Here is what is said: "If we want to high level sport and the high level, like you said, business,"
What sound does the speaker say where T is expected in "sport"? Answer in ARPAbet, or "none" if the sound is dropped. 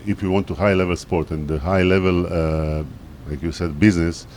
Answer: T